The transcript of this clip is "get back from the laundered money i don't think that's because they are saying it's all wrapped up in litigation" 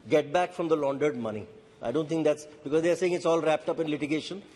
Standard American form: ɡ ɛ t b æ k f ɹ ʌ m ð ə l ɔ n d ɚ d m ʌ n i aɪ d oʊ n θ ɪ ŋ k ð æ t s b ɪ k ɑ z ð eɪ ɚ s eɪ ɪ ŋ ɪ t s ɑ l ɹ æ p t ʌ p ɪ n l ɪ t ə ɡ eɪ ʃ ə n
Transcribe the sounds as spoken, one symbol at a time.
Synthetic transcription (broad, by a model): ɡ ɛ t b æ k f ɹ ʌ m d ə l ɔ n d ɚ d m ʌ n i aɪ d oʊ n t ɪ ŋ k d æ t s b ɪ k ɑ z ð eɪ ɚ s eɪ ɪ ŋ ɪ t s ɑ l ɹ æ p t ʌ p ɪ n l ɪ t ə ɡ eɪ ʃ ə n